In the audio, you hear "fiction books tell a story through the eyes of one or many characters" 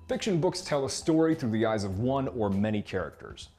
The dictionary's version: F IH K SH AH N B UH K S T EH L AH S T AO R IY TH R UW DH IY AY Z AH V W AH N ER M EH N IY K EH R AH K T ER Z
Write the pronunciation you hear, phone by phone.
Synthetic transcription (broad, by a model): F IH K SH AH N B UH K S T EH L AH S T AO R IY TH R UW DH IY AY Z AH V W AH N ER M EH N IY K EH R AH K T ER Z